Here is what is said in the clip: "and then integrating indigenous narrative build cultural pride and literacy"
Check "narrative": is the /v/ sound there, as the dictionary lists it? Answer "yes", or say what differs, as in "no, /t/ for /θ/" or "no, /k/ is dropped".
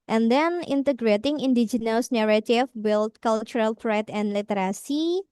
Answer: no, /f/ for /v/